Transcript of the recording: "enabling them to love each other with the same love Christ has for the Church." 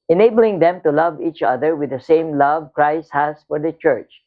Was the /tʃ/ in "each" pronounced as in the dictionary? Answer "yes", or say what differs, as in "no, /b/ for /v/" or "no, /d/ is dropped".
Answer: yes